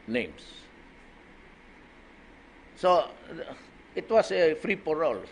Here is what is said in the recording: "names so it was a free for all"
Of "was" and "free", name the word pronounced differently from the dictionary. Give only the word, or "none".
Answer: was